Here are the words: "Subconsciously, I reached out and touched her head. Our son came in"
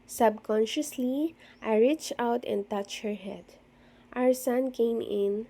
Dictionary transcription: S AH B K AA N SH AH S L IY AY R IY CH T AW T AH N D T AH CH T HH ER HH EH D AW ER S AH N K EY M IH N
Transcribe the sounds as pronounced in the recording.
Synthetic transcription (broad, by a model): S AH B K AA N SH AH S L IY AY R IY CH AW T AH N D T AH CH HH ER HH EH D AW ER S AH N K EY M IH N